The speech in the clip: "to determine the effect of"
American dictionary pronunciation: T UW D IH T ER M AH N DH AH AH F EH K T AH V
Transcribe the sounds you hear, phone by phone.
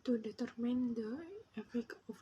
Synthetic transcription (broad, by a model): T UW D IH T ER M AH N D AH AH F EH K AH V